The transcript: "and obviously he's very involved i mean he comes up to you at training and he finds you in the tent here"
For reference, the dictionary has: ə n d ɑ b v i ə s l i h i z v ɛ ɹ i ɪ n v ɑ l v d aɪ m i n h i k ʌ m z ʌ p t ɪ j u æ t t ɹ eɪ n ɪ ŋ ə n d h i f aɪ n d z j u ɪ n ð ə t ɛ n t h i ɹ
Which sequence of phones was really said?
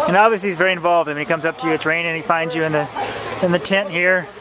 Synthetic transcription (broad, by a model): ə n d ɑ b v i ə s l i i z v ɛ ɹ i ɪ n v ɑ l v d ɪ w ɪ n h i k ʌ m z ʌ p t ɪ j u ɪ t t ɹ eɪ ɪ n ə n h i f aɪ n d z j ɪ ɪ n ð ə t ɛ n t h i ɹ